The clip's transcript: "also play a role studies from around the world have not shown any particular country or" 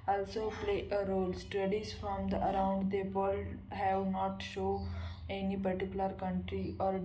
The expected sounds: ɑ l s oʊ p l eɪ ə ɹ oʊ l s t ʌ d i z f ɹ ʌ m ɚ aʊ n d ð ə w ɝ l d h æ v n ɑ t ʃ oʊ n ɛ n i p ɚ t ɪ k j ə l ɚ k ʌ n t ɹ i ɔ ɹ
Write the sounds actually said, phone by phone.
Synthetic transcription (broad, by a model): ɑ l s oʊ p l eɪ ə ɹ oʊ l s t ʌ d i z f ɹ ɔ m ɚ aʊ n d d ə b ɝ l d h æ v n ɑ t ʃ oʊ ɛ n i p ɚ t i k j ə l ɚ k ʌ n t ɹ i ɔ ɹ